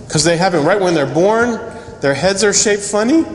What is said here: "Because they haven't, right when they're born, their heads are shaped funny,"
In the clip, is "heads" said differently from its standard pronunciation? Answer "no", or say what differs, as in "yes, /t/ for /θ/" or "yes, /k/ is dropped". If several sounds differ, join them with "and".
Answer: no